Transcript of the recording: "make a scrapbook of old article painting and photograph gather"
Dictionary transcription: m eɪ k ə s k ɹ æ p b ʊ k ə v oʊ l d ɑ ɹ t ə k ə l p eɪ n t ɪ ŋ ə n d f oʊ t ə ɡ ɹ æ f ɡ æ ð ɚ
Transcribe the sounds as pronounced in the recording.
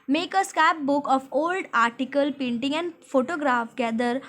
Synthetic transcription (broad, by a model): m eɪ k ə s k æ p b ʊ k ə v oʊ l d ɑ ɹ t ə k ə l p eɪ n t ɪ ŋ ə n d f oʊ t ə ɡ ɹ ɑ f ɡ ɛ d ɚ